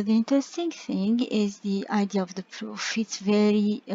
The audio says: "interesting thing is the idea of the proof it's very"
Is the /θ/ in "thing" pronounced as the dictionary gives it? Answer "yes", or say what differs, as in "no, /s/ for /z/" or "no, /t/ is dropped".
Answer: yes